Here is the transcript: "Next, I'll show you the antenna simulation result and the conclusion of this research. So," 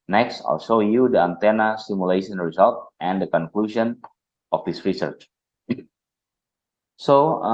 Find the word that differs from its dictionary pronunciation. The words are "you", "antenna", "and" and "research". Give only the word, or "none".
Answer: none